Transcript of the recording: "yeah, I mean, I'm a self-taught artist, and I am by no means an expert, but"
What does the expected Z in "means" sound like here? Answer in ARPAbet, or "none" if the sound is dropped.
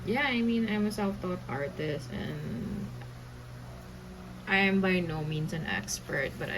S